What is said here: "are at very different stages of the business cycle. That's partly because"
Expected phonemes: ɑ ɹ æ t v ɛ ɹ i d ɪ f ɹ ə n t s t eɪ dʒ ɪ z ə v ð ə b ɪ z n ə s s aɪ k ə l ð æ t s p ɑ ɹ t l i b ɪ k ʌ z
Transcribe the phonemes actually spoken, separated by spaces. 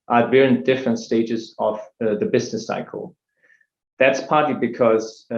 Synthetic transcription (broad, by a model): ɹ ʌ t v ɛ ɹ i d ɪ f ɹ ə n t s t eɪ dʒ ɪ z ə v ð ə b ɪ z n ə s s aɪ k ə l ð æ t s p ɑ ɹ t l i b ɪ k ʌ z